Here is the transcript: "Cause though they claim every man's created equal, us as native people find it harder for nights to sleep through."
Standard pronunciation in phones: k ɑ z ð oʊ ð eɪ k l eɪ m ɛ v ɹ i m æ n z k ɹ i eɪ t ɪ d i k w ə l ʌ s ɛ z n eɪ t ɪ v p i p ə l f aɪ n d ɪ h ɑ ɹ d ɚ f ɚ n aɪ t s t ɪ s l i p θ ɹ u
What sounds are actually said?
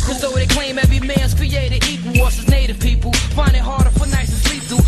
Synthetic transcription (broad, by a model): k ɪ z ð oʊ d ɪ k l eɪ m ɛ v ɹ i m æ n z k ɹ i eɪ t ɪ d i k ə w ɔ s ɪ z n eɪ t ɪ v p i p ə l f aɪ n d ɪ h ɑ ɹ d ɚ f ɚ n aɪ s t ɪ s l i p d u